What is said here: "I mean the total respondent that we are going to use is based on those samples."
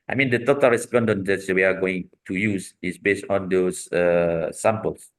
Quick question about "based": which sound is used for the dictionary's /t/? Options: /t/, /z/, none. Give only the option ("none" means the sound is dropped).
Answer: /t/